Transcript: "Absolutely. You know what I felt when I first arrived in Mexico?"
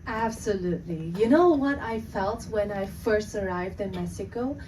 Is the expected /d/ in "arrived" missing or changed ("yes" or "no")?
no